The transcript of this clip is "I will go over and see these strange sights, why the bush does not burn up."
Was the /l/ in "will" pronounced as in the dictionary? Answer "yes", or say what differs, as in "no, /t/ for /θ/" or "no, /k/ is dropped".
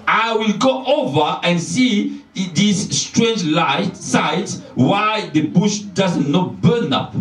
yes